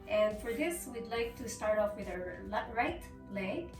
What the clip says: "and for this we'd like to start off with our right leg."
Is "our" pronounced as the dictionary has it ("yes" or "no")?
no